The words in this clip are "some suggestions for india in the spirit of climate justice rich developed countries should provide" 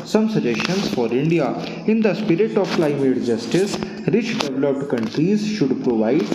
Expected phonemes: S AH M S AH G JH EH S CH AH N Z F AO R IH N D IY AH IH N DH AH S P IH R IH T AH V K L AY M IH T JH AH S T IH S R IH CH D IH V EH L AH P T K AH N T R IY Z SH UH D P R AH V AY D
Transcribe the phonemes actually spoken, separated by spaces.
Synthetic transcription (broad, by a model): S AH M S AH JH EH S SH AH N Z F AO R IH N D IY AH IH N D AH S P IH R IH T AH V K L AY M IH T JH AH S T IH S R IH CH D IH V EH L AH P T K AH N T R IY Z SH UH D P R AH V AY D